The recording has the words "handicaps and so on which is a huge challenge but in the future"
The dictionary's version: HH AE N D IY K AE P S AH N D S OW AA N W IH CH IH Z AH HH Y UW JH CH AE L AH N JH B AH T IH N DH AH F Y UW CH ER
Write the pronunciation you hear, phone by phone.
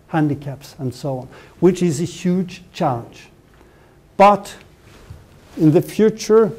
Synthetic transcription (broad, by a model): HH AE N D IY K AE P S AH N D S OW AA N W IH CH IH Z AH HH Y UW JH CH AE L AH N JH B AH T IH N DH AH F Y UW CH ER